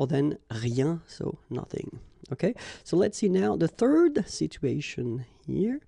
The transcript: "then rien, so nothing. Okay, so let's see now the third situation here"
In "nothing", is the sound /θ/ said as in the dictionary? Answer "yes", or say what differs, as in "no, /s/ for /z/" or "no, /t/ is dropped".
yes